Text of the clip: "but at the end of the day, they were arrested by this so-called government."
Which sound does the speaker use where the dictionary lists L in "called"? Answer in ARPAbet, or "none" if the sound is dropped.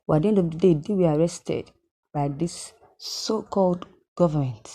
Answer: L